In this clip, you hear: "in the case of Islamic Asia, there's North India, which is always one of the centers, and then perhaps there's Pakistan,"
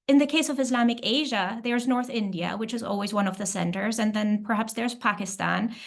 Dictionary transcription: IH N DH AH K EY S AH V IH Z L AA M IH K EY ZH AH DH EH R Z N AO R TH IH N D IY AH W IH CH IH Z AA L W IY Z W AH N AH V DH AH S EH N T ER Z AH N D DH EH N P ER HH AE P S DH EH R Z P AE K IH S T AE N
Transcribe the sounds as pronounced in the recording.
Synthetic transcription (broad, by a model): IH N DH AH K EY S AH V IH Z L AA M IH K EY ZH AH DH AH R Z N AO R TH IH N D IY AH W IH CH IH Z AA L W IY Z W AH N AH V DH AH S EH N T ER Z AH N DH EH N P ER HH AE P S DH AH R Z P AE K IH S T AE N